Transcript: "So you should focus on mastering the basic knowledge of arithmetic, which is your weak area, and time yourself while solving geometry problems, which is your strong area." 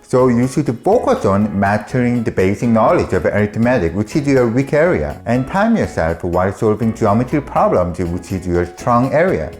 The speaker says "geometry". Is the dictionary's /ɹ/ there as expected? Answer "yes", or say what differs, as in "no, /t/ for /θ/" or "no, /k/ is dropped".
no, /ɹ/ is dropped